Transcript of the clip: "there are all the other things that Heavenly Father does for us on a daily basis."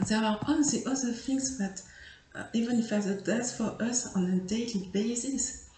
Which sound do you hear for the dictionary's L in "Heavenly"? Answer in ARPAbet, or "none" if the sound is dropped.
none